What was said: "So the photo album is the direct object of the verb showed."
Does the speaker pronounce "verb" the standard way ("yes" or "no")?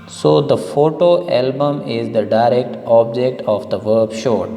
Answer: yes